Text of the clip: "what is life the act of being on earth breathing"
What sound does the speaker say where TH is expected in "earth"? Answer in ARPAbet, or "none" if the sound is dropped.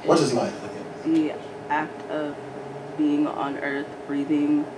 TH